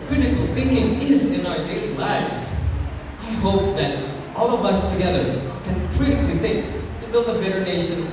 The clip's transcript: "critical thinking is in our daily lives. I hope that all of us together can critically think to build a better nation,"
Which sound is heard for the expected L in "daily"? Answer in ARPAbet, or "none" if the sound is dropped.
none